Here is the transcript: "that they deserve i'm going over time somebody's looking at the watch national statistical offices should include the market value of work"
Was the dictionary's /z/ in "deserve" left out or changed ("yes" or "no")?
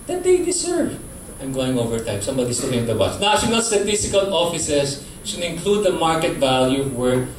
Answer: yes